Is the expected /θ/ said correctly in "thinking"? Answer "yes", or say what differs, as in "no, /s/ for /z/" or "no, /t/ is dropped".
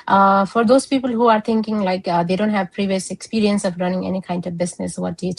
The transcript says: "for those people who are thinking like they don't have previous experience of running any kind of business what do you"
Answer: no, /t/ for /θ/